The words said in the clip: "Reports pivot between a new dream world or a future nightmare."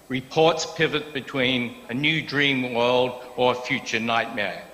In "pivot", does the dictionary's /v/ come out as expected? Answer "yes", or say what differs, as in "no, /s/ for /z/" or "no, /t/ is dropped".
yes